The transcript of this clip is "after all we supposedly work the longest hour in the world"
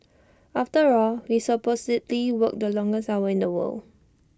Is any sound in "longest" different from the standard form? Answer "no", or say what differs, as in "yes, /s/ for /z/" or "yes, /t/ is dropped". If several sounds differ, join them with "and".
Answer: yes, /t/ is dropped